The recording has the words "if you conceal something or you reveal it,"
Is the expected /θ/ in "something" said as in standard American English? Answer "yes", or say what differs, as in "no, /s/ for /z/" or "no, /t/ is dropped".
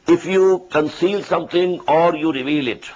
no, /t/ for /θ/